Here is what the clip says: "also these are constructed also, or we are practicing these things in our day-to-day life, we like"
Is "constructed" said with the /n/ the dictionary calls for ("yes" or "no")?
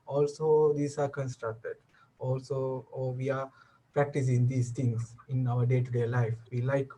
yes